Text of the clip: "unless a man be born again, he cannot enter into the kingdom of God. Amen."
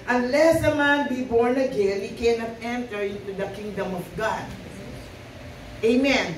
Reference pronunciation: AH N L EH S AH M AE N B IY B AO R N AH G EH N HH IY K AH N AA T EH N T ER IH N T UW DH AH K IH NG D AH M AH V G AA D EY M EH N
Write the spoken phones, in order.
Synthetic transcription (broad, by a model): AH N L EH S AH M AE N B IY B AO R N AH G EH L HH IY K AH N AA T EH N T ER IH N T UW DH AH K IH NG D AH M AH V G AA D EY M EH N